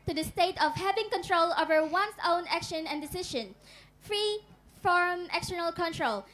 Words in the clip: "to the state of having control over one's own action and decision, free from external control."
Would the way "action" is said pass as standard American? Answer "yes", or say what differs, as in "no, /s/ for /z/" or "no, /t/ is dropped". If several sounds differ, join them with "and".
yes